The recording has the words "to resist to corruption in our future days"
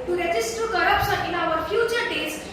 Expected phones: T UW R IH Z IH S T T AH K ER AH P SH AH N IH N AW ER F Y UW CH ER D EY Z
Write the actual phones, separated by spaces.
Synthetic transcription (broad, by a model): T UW R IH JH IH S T T AH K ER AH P S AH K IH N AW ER F Y UW CH ER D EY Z